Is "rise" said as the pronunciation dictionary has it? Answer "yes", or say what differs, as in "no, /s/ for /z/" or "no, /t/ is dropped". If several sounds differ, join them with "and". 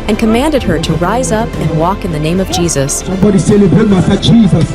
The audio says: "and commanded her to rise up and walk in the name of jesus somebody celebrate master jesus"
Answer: yes